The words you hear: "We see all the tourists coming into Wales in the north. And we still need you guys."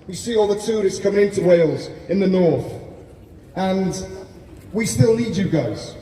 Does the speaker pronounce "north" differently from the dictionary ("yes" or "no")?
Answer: no